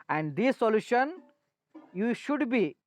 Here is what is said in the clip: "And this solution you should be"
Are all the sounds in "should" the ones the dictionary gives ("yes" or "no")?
yes